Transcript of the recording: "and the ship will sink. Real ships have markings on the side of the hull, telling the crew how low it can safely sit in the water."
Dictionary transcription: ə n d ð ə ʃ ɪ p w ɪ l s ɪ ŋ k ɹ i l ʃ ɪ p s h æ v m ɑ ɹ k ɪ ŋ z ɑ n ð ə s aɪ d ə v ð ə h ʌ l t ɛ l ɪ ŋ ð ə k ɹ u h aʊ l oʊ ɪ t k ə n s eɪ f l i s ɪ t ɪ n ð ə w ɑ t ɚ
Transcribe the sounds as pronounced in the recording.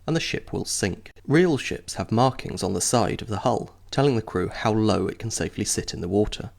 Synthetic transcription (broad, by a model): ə n ð ə ʃ ɪ p w ɪ l s ɪ ŋ k ɹ i l ʃ ɪ p s h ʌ v m ɑ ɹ k ɪ ŋ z n ð ə s aɪ d ə v ð ə h ʌ l t ɛ l ɪ ŋ ð ə k ɹ u h aʊ l oʊ ɪ t k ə n s eɪ f l i s ɪ t ɪ n ð ə w ɑ t ɚ